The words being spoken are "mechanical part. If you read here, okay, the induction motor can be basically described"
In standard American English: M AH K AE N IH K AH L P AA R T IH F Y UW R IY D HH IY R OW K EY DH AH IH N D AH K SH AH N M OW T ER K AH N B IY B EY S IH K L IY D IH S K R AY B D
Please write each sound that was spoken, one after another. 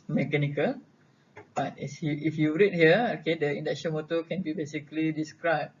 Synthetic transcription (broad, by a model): M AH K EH N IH K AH L B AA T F IH F Y UW R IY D HH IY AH OW K EY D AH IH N D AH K S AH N M OW T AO K AH N B IY B EY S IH K L IY D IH S K R AY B